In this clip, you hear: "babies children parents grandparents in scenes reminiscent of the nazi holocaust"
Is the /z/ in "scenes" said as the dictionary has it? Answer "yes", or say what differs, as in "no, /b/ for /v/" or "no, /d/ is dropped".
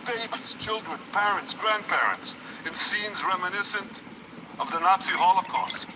yes